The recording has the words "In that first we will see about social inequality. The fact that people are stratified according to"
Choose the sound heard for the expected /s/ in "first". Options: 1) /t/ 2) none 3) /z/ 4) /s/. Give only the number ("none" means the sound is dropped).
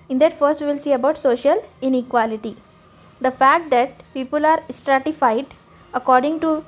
4